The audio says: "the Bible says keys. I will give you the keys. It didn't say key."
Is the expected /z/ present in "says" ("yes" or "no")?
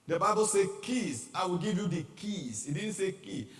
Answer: no